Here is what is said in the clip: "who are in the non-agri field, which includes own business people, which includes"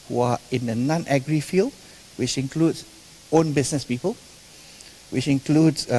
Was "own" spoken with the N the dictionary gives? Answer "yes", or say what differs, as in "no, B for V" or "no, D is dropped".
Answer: yes